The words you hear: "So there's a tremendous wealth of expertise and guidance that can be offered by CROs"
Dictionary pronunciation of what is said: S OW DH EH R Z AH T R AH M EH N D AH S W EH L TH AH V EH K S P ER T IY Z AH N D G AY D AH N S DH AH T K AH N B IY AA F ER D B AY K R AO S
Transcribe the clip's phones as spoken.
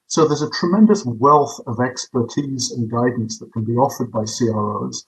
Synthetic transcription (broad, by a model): S OW DH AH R Z AH T R AH M EH N D AH S W EH L TH AH V EH K S P ER T IY Z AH N G AY D N S DH AH T K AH N B IY AA F ER D B AY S R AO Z